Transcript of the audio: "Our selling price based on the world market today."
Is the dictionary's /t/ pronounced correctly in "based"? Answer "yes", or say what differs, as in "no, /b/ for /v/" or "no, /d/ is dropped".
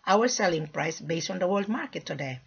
yes